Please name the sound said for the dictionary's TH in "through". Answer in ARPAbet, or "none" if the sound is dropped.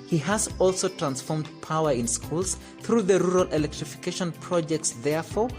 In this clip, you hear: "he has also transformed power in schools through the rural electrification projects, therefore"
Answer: TH